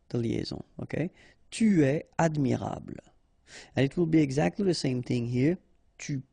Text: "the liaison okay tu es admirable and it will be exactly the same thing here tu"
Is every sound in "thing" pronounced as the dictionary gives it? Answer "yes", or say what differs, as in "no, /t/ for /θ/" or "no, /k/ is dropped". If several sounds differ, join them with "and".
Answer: yes